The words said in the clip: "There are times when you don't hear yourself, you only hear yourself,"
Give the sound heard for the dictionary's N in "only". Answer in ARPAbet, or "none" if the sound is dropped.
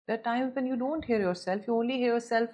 N